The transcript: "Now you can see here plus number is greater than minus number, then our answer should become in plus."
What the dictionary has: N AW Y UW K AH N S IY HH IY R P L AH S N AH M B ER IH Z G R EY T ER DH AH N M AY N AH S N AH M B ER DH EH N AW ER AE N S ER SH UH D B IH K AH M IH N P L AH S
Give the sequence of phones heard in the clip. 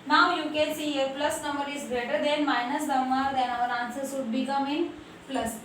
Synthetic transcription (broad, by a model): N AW Y UW K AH S IY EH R P L AH S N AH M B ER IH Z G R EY T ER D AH N M AY N AH S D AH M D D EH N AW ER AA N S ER S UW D B IH K AH M IH N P L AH S